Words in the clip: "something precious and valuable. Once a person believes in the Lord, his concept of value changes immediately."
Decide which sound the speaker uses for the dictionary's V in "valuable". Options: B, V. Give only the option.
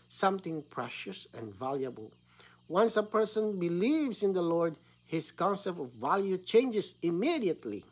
V